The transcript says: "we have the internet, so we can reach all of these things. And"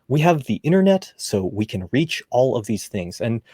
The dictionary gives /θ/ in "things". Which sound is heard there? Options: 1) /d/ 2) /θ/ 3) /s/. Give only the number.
2